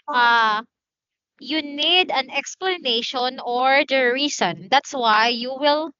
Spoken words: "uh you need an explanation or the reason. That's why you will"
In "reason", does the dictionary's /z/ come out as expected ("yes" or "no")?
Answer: no